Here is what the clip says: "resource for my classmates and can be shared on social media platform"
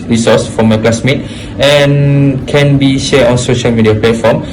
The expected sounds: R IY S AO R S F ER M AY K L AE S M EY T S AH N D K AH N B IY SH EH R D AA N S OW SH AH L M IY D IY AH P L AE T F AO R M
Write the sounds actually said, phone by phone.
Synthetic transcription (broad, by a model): R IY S AO S F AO M AY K L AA S M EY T AH N K AH N B IY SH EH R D AA N S OW SH AH L M IY D IY AH P L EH T F AO M